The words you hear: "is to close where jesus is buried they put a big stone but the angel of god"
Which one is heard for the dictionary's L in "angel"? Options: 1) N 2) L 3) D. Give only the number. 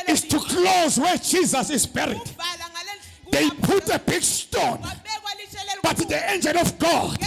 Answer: 1